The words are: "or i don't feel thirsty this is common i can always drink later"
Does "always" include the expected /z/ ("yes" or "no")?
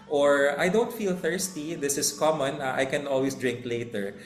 no